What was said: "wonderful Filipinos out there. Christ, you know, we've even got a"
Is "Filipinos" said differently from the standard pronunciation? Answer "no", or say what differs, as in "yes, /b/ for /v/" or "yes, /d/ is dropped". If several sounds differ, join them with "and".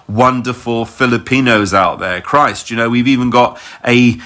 no